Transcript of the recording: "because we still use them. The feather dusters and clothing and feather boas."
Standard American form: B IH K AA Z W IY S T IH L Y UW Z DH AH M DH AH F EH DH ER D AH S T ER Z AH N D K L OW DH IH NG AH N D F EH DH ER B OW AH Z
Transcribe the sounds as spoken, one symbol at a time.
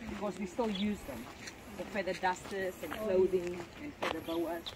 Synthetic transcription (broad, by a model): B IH K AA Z W IY S T IH L Y UW Z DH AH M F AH F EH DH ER D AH S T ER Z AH N K L OW DH IH NG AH N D F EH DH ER B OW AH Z